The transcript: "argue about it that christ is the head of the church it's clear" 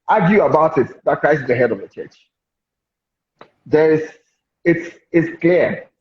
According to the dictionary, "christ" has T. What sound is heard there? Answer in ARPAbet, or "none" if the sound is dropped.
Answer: none